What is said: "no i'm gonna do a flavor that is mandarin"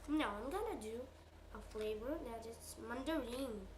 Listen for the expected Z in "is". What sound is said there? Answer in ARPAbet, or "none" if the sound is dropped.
S